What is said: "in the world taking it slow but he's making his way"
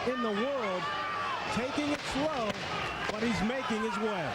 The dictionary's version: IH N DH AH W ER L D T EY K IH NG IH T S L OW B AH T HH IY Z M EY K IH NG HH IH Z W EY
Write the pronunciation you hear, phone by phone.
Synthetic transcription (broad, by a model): IH N DH AH W ER L D T EY K IH NG IH T S L OW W AH T HH IY Z M EY K IH NG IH Z W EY